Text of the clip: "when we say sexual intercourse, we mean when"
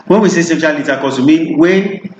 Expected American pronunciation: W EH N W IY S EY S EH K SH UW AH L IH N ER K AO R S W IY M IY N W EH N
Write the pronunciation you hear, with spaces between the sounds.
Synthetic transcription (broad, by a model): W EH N W IY S EY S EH SH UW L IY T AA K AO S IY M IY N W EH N